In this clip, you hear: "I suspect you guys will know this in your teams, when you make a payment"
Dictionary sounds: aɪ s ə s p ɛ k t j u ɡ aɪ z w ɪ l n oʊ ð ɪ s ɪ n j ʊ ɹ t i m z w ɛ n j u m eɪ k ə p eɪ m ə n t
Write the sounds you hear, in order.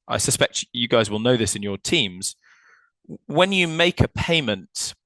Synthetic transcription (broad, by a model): aɪ s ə s p ɛ k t j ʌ ɡ aɪ z w ɪ l n oʊ ð ɪ s ɪ n j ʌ t i m z w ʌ n j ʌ m eɪ k ə p eɪ m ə n t